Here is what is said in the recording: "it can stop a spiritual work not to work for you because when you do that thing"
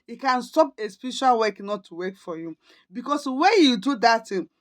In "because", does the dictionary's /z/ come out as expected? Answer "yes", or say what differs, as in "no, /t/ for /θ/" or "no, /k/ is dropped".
no, /s/ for /z/